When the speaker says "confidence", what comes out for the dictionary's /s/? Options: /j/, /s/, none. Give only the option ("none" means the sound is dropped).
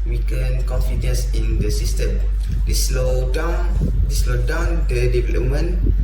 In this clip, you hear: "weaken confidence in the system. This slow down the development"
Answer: /s/